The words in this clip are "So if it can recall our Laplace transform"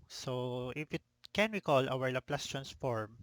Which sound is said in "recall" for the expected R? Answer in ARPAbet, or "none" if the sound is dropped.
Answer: W